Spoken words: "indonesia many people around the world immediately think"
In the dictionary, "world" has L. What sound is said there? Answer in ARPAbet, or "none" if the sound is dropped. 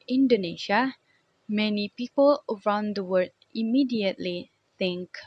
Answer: none